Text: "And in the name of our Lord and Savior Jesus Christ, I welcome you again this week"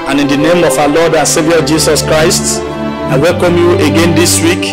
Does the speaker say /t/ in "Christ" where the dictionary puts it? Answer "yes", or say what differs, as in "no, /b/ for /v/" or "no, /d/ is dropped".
yes